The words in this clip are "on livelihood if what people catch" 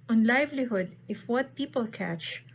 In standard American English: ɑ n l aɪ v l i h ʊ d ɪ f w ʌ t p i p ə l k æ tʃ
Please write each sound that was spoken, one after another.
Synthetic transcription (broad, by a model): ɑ n l aɪ v l i h ʊ d ɪ f w ʌ t p i p ə l k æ tʃ